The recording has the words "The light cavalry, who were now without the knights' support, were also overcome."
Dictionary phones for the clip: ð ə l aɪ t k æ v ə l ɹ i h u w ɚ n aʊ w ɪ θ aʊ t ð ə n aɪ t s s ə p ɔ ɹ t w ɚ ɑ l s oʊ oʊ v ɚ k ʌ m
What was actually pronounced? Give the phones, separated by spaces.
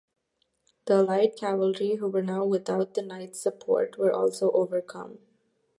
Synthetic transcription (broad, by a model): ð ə l aɪ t k æ v ə l ɹ i h u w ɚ n aʊ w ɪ t aʊ t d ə n aɪ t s s ə p ɔ ɹ t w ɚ ɑ l s oʊ oʊ v ɚ k ʌ m